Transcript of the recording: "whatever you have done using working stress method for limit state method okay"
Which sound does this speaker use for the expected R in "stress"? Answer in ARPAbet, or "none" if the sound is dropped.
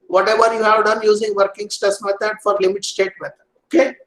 none